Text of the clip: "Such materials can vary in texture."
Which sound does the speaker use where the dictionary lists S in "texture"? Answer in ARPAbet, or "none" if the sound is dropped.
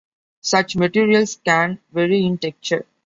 none